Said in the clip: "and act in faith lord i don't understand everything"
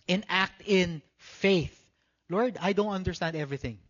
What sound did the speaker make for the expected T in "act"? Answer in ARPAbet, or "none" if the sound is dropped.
T